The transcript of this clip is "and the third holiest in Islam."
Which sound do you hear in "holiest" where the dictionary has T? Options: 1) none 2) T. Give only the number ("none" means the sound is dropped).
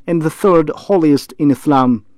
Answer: 2